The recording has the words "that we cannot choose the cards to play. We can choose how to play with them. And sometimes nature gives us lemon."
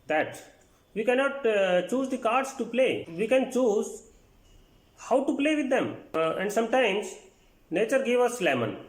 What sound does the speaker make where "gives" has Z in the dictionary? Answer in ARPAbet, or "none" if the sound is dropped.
none